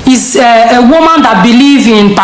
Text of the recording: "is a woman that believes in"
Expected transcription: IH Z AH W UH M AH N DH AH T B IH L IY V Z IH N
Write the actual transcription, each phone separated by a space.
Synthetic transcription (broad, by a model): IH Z AH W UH M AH N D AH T B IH L IY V IH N